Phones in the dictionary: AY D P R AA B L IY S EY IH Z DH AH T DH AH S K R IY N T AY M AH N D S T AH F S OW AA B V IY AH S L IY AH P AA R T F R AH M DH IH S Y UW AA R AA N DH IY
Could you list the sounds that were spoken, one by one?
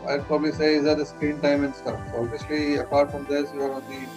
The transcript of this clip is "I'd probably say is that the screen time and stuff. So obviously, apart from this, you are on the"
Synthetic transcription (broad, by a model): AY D P R AA B L IY S EY IH Z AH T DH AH S K R IY N T AY M AH N D S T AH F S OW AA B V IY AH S L IY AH P AA R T F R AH M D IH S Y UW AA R AA N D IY